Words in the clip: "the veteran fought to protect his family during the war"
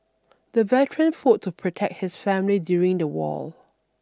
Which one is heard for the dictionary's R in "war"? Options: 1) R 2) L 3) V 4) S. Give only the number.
2